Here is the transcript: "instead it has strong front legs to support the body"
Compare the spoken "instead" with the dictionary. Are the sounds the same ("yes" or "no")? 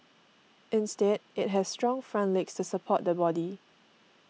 yes